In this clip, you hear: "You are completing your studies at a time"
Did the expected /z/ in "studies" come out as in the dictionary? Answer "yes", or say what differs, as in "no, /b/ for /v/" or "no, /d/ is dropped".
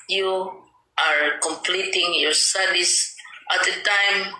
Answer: no, /s/ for /z/